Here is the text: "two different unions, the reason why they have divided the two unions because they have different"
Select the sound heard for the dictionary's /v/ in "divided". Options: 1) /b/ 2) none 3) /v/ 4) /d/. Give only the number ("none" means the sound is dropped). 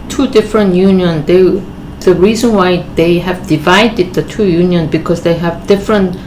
3